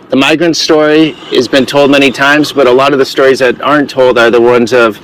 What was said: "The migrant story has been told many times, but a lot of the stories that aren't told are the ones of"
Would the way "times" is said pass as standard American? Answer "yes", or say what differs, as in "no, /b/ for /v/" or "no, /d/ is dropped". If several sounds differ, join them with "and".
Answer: yes